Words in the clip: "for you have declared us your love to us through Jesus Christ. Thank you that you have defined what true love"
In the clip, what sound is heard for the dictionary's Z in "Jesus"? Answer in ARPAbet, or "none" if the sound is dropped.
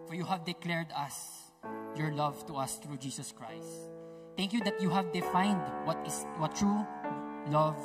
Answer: S